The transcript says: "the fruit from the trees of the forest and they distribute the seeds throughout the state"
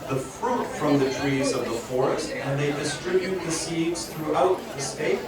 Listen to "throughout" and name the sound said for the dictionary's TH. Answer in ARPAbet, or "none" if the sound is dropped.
TH